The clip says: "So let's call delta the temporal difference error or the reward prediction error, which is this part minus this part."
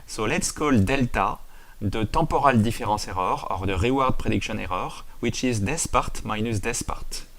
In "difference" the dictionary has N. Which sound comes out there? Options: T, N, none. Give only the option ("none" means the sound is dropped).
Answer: none